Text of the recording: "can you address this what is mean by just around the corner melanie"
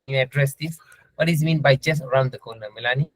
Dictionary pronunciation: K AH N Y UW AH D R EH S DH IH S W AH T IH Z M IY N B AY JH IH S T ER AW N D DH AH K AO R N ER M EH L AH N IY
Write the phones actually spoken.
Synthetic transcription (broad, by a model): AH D R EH S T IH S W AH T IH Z M IY N B AY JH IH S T ER AW N D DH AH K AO L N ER M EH L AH N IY